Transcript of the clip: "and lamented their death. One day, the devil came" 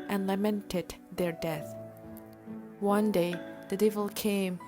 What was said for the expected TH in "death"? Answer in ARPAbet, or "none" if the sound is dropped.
TH